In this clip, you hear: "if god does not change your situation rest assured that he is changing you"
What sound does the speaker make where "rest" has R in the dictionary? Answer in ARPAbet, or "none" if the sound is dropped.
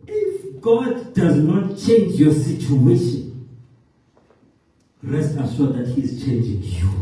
R